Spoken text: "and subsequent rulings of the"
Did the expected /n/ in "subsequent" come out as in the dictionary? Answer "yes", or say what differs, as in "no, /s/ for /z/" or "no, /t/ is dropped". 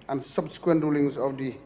yes